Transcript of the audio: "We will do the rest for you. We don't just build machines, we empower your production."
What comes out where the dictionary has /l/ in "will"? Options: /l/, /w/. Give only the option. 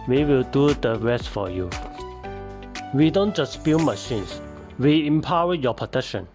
/l/